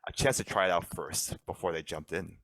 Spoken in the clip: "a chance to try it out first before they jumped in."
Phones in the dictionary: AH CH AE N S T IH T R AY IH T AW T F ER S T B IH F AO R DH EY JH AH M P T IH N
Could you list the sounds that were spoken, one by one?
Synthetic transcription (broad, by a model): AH CH AE N S T IH T R AY IH T AW T F ER S T B IH F AO R DH EY JH AH M P T IH N